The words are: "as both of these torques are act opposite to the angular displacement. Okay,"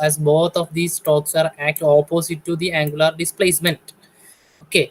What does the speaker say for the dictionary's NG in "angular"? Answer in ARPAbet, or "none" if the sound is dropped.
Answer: NG